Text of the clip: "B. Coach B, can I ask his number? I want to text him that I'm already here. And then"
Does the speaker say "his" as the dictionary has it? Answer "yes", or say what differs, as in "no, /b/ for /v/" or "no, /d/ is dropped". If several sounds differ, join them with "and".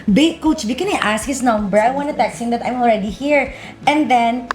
no, /s/ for /z/